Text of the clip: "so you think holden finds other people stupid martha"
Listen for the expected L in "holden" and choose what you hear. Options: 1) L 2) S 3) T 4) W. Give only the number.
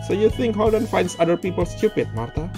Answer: 4